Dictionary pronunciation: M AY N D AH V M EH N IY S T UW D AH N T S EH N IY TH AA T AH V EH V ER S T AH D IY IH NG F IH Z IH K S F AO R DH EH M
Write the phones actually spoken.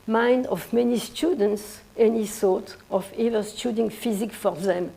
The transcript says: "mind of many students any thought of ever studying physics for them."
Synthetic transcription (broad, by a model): M AY N D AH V M EH N IY S T UW D AH N T S EH N IY S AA T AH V EH V ER S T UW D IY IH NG F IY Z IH K F AO R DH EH M